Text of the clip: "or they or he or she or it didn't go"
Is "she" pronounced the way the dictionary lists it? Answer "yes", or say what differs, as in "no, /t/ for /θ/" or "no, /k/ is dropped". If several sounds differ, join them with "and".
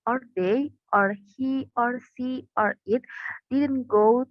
no, /s/ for /ʃ/